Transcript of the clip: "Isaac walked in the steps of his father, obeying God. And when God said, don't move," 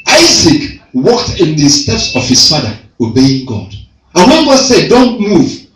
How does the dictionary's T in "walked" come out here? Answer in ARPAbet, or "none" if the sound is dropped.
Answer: T